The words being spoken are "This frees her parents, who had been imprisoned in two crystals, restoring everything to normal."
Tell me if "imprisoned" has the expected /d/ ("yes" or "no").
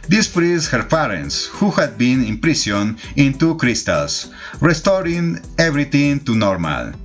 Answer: no